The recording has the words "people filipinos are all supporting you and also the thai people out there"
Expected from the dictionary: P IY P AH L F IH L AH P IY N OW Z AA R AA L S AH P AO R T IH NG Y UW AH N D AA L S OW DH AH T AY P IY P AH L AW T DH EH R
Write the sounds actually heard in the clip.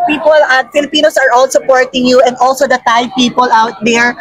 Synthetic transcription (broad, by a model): P IY P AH L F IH L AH P IY N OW S AA R AA L S AH P AO R T IH NG Y UW AH N D AA L S OW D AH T AY P IY P AH L AW T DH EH R